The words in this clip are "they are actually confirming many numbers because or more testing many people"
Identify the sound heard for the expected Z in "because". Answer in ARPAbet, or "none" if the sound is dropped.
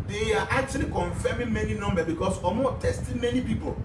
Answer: S